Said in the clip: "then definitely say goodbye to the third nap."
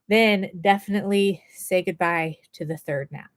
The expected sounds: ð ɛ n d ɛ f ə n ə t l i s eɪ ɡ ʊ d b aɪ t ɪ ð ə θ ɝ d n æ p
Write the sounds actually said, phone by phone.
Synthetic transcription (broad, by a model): ð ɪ n d ɛ f ə n ə t l i s eɪ ɡ ʊ d b aɪ t ɪ ð ə θ ɝ d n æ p